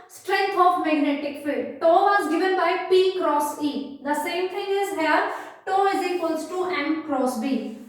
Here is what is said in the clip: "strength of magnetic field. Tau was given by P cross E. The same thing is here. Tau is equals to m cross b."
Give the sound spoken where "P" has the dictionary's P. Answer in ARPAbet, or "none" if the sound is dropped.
P